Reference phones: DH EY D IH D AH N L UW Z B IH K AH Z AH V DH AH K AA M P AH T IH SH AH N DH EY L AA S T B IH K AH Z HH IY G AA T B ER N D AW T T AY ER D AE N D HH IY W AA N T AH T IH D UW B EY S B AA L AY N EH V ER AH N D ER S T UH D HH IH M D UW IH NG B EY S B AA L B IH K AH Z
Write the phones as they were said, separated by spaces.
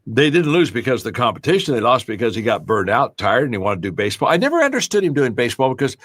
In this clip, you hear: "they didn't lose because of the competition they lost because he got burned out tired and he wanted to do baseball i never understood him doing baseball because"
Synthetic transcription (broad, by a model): DH EY D IH D N L UW Z B IH K AH Z DH AH K AA M P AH T IH SH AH N DH EY L AA S T B IH K AH Z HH IY G AA T B ER N D AW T T AY ER D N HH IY W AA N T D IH B EY S B AA L AY N EH V ER AH N D ER S T UH D HH IH M D UW IH NG B EY S B AA L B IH K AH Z